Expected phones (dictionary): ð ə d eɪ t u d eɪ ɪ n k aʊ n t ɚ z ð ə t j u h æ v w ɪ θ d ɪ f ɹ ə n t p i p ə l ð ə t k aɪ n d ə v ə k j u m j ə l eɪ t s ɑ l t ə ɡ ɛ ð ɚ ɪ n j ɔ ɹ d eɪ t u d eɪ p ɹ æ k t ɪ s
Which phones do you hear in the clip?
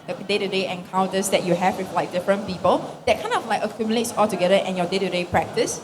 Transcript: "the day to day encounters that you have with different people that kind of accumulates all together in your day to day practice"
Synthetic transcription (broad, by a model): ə d eɪ t u d eɪ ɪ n k aʊ n t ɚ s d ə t j u h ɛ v w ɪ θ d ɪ f ɹ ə n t p i p ə l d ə t k aɪ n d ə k ə k j u m j ə l eɪ t s ɑ l t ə ɡ ɛ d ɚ ɪ n j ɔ d eɪ t u d eɪ p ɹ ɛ k t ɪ s